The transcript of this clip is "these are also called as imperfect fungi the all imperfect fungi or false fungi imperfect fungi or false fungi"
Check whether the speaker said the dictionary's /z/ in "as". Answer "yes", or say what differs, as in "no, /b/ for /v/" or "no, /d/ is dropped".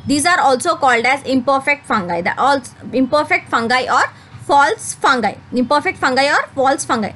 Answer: yes